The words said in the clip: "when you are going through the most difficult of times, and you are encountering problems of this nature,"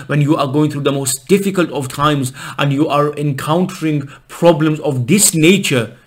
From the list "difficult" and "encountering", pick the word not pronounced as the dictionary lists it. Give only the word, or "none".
none